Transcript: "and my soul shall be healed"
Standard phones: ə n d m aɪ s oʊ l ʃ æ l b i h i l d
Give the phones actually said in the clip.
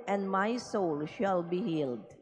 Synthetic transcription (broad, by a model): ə n d m aɪ s oʊ l ʃ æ l b i h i l d